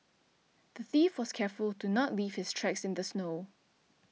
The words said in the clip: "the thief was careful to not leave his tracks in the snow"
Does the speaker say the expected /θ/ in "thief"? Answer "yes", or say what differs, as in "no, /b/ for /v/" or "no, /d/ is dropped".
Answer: yes